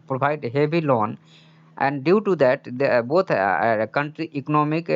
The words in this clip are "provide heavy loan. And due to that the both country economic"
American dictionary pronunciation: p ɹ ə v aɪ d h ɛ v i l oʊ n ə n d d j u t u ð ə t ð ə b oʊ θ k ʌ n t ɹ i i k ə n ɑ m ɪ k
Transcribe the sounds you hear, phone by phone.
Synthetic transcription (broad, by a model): p ɹ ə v aɪ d h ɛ b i l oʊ n ə n d d j u t u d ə t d b oʊ t k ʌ n t ɹ i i k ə n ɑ m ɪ k